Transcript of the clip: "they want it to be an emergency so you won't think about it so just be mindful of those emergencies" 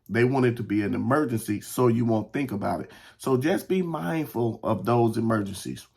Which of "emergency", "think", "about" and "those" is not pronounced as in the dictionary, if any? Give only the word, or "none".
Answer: none